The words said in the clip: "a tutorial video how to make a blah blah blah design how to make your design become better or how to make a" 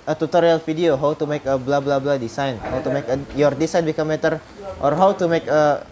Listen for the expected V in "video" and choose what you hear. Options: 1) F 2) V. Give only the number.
1